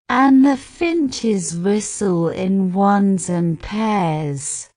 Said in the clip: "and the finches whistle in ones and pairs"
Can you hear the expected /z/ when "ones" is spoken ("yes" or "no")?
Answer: yes